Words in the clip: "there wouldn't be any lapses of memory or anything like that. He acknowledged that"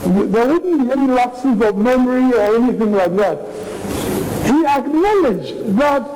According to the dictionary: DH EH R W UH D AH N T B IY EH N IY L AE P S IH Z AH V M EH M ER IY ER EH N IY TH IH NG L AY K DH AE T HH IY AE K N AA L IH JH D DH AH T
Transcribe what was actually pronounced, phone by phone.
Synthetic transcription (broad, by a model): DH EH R W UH D N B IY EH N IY L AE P S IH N AH V M EH M ER IY ER EH N IY TH IH NG L AY K DH AE T HH IY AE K N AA L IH JH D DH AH T